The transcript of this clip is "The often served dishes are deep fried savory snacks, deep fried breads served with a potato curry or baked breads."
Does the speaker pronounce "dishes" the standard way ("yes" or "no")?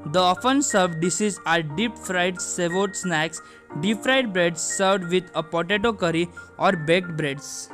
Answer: no